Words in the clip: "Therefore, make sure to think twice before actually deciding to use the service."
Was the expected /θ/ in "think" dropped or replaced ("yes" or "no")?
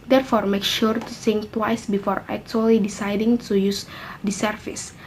yes